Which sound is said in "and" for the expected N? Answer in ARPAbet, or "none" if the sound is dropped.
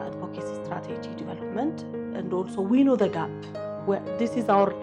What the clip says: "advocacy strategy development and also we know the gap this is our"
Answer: N